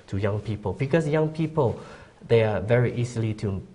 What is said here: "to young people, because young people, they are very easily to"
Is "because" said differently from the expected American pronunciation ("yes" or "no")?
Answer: yes